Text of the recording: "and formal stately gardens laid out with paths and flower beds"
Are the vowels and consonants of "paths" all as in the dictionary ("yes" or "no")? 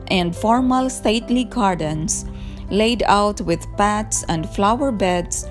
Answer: no